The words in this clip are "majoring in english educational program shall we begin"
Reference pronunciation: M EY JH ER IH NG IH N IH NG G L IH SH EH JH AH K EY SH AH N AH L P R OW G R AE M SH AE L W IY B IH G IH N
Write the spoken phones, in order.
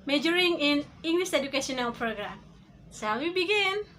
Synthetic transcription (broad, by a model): M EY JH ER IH NG IH N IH NG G L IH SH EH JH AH K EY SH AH N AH L P R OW G R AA M S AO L W IY B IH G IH N